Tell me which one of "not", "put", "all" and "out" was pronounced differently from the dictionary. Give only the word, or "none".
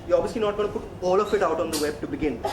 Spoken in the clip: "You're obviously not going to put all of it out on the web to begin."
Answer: none